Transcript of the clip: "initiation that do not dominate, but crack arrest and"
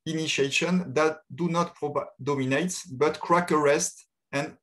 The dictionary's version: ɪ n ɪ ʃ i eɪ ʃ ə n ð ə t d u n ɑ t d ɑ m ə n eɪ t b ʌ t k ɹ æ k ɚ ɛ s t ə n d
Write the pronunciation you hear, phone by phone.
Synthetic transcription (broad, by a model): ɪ n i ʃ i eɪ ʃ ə n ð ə t d u n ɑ t d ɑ m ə n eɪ t b ʌ t k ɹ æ k ɚ ɛ s t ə n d